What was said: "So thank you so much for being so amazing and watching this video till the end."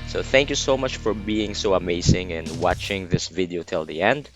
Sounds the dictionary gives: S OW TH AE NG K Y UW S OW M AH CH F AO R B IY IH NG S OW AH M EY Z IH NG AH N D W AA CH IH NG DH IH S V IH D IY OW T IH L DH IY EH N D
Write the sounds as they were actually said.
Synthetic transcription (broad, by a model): S OW TH AE NG K Y UW S OW M AH CH F AO R B IY IH NG S OW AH M EY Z IH NG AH N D W AA CH IH NG DH IH S V IH D IY OW T IH L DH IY EH N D